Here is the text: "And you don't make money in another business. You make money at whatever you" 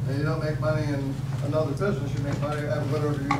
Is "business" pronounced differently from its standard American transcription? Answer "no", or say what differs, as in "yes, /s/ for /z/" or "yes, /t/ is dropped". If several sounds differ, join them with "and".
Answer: no